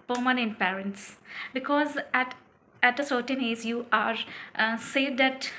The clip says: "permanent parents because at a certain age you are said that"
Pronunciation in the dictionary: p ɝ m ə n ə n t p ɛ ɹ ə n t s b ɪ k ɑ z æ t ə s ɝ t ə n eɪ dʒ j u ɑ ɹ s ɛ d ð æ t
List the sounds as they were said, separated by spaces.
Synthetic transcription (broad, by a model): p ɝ m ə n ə n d p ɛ ɹ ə n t s b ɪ k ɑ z æ t ə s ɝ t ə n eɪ z j u ɑ ɹ s ɛ d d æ t